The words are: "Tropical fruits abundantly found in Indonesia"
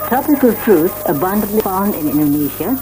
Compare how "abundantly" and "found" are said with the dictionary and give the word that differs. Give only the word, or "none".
none